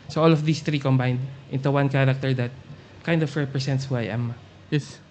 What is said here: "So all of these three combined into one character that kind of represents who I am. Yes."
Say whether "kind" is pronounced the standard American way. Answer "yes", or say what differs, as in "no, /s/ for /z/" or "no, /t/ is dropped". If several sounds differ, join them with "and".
yes